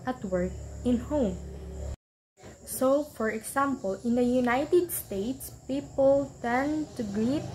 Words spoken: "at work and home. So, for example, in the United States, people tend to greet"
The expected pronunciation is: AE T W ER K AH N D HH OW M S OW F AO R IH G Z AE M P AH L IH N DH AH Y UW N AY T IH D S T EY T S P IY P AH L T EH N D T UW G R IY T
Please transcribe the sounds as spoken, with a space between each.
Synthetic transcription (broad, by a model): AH T W ER K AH N HH OW M S OW F AO R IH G S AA M P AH L IH N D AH Y UW N AY T IH D S T EY T S P IY P AH L T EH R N T UW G R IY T